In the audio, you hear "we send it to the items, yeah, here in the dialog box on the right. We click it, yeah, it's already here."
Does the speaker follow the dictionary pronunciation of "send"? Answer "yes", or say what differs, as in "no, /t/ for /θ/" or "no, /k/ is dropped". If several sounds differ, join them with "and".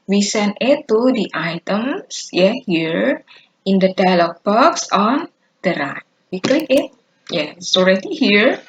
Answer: no, /d/ is dropped